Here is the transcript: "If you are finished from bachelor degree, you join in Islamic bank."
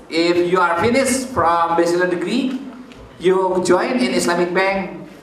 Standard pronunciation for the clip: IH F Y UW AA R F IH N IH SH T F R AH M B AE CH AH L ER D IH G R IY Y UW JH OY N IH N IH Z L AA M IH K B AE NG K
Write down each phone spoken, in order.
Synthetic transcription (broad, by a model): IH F Y UW AA R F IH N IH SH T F R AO M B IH S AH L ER D IH G R IY Y UW JH OY N IH N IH S L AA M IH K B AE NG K